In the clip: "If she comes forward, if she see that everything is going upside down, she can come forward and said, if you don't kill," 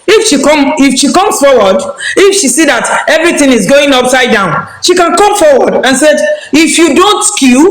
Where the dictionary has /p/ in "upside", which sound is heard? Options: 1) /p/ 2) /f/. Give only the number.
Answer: 1